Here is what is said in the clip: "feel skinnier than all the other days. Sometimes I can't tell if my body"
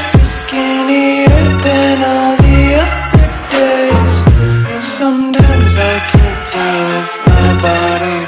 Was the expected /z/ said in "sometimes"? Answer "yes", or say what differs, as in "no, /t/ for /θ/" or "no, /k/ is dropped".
yes